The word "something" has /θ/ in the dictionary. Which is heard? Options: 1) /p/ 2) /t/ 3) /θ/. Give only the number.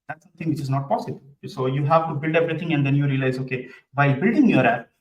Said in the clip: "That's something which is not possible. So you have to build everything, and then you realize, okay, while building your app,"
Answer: 2